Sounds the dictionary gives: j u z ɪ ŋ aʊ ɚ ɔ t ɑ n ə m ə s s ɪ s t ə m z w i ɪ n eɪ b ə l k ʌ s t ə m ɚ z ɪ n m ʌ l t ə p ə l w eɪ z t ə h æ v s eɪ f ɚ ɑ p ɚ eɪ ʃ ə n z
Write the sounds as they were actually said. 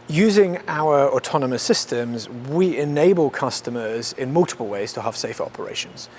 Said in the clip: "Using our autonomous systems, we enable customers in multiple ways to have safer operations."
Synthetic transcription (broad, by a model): j u z ɪ ŋ aʊ ɚ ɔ t ɑ n ə m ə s s ɪ s t ə m z w i ɪ n eɪ b ə l k ʌ s t ə m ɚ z ɪ n m ʌ l t ə p ə l w eɪ z t ə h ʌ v s eɪ f ɚ ɑ p ɚ eɪ ʃ ə n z